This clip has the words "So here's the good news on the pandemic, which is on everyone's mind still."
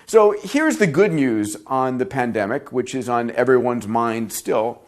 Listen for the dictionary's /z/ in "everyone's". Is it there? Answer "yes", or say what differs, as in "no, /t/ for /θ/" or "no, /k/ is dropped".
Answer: yes